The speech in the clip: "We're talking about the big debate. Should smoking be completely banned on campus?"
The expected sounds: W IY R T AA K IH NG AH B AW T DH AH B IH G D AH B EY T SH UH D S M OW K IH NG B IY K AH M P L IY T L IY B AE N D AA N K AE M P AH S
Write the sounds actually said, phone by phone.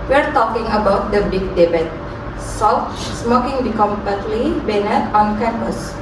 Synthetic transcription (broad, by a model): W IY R T AA K IH NG AH B AW T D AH B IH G D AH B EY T S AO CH S M OW K IH NG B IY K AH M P AH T L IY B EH N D AA N K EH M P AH S